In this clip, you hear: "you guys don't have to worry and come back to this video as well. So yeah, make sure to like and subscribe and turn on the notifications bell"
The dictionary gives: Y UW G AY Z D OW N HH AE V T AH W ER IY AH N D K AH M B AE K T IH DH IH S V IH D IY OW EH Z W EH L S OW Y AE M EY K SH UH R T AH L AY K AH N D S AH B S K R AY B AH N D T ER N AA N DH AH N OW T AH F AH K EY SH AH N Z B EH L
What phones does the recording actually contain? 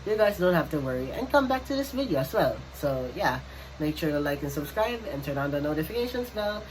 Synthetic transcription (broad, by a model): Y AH G AY Z D OW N HH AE F T AH W ER IY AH N K AH M B AE K T IH DH IH S V IH D IY OW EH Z W EH L S OW Y AE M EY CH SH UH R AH L AY K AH N S AH B S K R AY B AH N T ER N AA N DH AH N OW T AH F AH K EY SH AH N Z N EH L